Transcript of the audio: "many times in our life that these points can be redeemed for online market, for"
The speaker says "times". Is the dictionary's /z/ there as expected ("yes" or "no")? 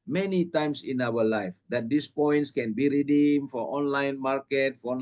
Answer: no